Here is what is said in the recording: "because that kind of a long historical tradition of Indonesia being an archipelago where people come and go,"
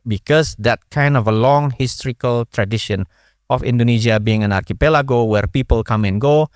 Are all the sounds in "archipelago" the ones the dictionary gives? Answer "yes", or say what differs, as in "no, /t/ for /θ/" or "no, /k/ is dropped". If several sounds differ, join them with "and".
yes